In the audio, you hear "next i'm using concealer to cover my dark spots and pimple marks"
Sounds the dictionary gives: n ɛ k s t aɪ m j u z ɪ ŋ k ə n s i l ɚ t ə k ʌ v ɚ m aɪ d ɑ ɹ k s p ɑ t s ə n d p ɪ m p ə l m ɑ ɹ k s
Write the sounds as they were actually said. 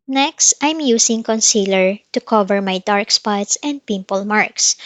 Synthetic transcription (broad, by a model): n ɛ k s t aɪ m j u s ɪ ŋ k ə n s i l ɚ t ə k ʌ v ɚ m aɪ d ɑ ɹ k s p ɑ t s ə n d p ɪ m p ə l m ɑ ɹ k s